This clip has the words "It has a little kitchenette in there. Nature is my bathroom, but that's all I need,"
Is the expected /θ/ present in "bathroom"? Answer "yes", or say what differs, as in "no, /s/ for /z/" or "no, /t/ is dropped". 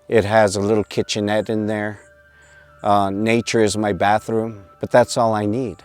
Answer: yes